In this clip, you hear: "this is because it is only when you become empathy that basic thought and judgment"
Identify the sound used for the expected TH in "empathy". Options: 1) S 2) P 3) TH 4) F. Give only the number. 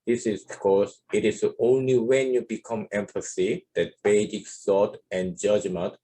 1